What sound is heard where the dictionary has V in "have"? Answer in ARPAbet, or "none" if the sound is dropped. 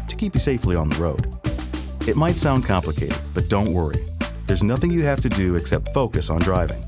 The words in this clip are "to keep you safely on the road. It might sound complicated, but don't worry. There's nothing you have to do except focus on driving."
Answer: F